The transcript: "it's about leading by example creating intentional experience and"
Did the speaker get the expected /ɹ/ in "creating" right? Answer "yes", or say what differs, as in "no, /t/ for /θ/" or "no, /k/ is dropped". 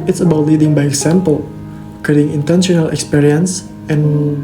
no, /ɹ/ is dropped